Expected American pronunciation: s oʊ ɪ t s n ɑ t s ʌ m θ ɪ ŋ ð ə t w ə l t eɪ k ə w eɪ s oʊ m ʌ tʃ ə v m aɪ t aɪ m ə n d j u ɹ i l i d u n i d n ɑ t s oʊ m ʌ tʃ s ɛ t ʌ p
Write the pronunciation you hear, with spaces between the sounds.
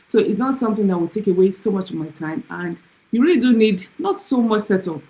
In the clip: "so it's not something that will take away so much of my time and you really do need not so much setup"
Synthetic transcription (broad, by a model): s oʊ ɪ t s n ɑ t s ʌ m θ ɪ ŋ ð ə t w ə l t eɪ k ə w eɪ s oʊ m ʌ tʃ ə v m aɪ t aɪ m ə n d j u ɹ i l i d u n i d n ɑ t s oʊ m ʌ tʃ s ɛ t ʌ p